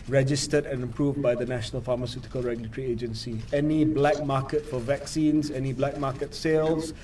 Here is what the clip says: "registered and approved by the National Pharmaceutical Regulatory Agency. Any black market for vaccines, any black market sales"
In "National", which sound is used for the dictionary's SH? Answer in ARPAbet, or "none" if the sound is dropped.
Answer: SH